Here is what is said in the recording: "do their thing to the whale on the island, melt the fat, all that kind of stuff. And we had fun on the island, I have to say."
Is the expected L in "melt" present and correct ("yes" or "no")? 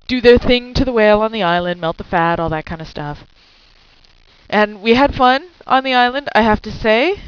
yes